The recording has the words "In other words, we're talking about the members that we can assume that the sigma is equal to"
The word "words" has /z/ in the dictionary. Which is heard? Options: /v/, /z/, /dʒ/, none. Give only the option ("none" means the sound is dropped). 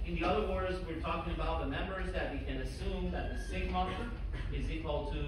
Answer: /z/